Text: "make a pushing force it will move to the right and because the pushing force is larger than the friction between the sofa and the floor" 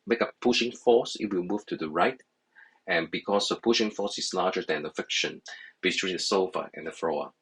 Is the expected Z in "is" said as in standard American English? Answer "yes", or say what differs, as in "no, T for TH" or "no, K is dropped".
no, S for Z